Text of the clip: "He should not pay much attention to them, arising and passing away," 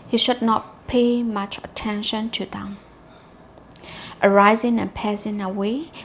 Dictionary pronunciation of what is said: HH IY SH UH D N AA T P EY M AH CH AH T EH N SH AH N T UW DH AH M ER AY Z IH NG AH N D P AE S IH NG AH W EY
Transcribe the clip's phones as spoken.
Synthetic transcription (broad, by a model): HH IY SH UH D N AA T P EY M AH CH AH T EH N SH AH N T UW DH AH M ER AY Z IH NG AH N P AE S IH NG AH W EY